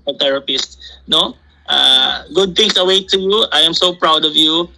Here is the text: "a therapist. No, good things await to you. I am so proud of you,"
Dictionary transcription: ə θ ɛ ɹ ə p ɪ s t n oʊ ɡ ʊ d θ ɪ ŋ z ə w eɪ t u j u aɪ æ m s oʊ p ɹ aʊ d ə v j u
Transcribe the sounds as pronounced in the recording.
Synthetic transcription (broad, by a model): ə t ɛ ɹ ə p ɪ s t n oʊ ɡ ʊ d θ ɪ ŋ s ə w eɪ t u j u aɪ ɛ m s oʊ p ɹ aʊ d ə v j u